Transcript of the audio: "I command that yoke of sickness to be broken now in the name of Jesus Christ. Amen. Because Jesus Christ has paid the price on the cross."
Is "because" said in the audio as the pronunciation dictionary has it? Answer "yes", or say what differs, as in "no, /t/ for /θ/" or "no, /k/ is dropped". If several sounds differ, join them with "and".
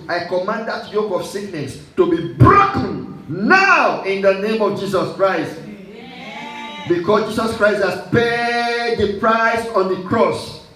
no, /s/ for /z/